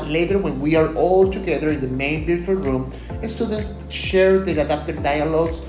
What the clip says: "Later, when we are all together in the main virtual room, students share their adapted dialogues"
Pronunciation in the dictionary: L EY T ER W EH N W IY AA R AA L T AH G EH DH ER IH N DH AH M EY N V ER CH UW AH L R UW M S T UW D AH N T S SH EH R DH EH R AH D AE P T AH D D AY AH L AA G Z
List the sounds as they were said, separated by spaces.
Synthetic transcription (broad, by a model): L EY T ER W EH N W IY AA R AA L T AH G EH DH ER IH N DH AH M EY N B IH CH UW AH L R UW M S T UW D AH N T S SH EH R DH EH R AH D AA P T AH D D AY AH L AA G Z